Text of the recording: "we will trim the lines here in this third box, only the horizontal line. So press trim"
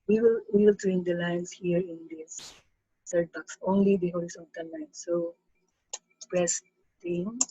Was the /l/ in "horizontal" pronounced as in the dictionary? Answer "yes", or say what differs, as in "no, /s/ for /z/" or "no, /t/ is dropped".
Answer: no, /n/ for /l/